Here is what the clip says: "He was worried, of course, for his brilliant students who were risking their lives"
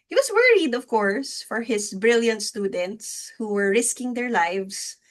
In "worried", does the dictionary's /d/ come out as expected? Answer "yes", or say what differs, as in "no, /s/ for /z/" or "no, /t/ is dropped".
yes